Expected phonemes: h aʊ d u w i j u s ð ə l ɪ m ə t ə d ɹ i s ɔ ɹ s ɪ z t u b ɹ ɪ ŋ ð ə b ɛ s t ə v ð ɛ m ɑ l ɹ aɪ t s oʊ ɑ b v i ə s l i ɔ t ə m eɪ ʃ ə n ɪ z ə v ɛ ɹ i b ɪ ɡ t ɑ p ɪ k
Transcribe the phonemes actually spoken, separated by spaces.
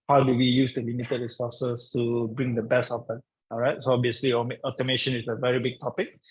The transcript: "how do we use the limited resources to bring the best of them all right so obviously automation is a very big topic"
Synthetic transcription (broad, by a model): h aʊ d u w i j u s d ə l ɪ m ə t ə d ɹ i s ɔ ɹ s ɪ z t u b ɹ ɪ ŋ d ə b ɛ s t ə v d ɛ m ɑ l ɹ aɪ t s oʊ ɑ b i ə s l i ɔ t ə m eɪ ʃ ə n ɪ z ə v ɛ ɹ i b ɪ ɡ t ɑ p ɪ k